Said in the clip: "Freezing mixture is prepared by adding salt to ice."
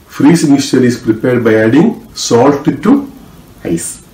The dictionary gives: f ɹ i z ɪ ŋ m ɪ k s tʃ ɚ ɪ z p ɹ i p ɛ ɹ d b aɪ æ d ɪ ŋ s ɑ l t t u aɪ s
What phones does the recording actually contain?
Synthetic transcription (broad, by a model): f ɹ i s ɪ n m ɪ s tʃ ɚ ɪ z p ɹ i p ɛ ɹ d b aɪ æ d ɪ ŋ s ɑ l t t u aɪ s